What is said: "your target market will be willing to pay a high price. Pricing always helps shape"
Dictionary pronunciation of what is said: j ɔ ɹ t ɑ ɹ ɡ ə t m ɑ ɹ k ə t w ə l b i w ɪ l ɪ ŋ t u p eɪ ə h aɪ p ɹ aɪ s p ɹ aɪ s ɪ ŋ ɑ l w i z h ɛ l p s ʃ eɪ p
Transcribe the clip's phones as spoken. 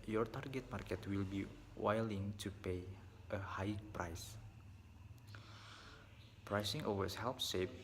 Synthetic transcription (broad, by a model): j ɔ ɹ t ɑ ɹ ɡ ə t m ɑ ɹ k ə t w ə l b i w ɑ l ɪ ŋ t u p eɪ ə h aɪ p ɹ aɪ s p ɹ aɪ s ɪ ŋ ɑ w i s h ɛ l p s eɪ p